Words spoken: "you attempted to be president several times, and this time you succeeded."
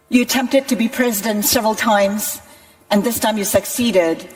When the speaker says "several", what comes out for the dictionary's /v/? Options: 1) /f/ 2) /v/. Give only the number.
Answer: 2